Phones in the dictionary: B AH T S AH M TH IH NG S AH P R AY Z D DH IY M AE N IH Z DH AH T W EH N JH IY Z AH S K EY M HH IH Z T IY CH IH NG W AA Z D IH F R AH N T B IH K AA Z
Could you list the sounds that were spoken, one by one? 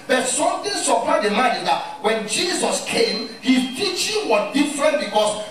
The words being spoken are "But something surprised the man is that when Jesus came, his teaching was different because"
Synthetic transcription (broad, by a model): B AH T S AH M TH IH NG S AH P AY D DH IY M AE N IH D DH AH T W EH N JH IY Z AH S K EY M HH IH T IY CH IH NG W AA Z D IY F R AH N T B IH K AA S